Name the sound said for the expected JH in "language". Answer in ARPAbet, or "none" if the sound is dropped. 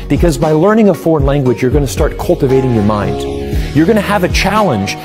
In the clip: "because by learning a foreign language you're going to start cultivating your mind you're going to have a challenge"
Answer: JH